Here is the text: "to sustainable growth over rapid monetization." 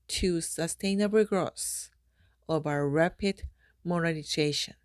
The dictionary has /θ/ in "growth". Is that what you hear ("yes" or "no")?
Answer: no